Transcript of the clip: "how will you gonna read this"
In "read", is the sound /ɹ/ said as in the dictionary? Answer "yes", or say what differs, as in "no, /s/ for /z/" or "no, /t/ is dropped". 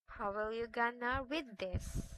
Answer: no, /w/ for /ɹ/